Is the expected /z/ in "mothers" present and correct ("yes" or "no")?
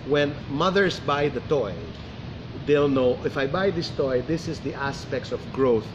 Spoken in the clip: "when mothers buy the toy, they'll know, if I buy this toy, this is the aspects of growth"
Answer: no